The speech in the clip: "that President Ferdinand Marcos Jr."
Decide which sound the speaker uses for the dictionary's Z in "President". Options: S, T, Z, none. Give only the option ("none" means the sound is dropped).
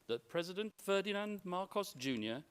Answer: Z